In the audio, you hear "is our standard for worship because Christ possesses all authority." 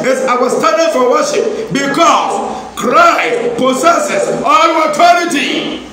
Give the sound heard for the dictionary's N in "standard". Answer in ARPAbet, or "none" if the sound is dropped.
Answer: none